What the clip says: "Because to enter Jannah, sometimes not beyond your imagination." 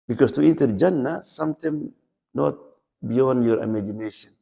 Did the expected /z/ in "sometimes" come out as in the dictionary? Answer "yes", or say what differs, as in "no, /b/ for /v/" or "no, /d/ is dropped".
no, /z/ is dropped